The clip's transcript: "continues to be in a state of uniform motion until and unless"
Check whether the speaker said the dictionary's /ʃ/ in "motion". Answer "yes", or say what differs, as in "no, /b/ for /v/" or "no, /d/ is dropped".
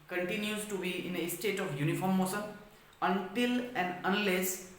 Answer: no, /s/ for /ʃ/